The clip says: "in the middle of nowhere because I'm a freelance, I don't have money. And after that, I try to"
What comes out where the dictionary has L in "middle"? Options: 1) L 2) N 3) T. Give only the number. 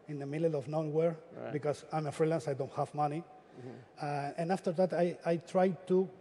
2